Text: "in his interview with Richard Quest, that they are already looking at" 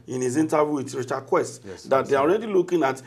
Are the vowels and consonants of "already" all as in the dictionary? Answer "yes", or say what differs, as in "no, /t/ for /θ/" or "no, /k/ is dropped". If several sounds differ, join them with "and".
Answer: yes